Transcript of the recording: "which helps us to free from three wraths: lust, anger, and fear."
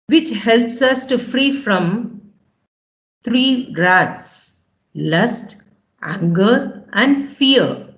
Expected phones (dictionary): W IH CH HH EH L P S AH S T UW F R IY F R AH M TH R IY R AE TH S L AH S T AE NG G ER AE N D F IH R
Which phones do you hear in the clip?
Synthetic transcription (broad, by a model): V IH CH HH EH L P S AH S T UW F R IY F R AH M T R IY R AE T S L AH S T AE NG G ER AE N D F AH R